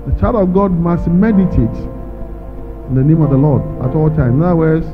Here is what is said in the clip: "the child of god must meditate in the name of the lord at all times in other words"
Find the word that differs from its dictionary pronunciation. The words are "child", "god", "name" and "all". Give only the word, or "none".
none